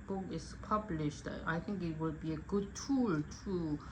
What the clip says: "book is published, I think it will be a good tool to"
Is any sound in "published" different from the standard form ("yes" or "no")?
no